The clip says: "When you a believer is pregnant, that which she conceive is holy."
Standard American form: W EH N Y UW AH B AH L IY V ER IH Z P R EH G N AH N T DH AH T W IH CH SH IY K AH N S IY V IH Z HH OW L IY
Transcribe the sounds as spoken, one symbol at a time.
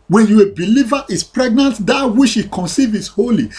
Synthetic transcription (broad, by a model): W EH N Y UW AH B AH L IY V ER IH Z P R EH G N AH N T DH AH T W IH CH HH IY K AH N S IY V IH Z HH OW L IY